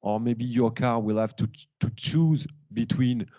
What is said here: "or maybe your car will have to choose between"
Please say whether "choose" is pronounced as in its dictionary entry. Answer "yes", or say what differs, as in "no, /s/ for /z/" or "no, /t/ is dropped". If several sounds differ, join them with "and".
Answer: yes